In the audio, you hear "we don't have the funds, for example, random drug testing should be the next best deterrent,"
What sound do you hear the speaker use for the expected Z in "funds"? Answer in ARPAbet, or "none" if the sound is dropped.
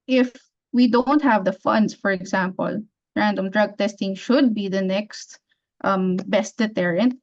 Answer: S